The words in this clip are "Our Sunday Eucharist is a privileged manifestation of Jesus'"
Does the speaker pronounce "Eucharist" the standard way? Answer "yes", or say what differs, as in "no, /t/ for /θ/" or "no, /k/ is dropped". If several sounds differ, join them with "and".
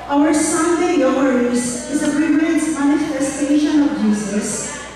no, /t/ is dropped